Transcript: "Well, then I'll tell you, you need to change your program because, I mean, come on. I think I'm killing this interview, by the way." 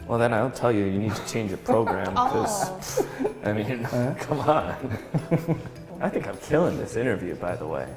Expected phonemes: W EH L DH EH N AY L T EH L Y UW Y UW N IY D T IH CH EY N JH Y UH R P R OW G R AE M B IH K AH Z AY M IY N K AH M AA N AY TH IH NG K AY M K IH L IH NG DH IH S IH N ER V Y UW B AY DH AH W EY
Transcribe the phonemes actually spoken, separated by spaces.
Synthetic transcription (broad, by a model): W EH L DH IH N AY N T EH L Y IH Y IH N IY D T IH CH EY N JH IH P R OW G R AE M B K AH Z AY M IY N K AH M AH N AY TH IH NG K AY M K IH L IH NG DH IH S IH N ER V Y UW B AY DH AH W EY